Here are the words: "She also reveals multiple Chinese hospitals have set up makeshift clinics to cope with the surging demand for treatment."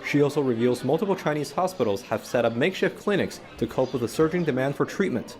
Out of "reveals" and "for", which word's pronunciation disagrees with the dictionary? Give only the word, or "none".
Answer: none